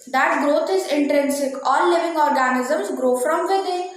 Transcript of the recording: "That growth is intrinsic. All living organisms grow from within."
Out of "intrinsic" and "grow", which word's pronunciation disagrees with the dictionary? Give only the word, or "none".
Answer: none